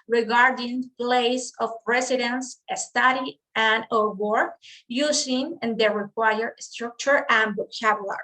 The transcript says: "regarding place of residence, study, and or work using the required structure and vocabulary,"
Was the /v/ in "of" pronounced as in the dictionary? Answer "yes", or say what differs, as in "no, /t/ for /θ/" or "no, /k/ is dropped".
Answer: no, /p/ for /v/